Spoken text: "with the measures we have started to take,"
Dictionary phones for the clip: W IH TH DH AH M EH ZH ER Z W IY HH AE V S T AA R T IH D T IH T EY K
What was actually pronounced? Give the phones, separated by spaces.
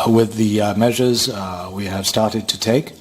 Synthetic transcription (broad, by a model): W IH DH AH M EH ZH ER Z W IY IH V S T AA R T IH D T IH T EY K